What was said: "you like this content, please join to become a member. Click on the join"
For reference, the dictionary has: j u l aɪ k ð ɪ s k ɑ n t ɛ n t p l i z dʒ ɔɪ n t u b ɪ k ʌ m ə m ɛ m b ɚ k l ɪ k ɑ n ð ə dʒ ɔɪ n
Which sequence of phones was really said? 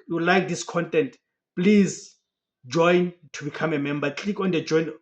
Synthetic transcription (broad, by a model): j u l aɪ k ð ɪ s k ɑ n t ɛ n t p l i z dʒ ɔɪ n t u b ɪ k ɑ m ə m ɛ m b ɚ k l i k ɑ n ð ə dʒ ɔɪ n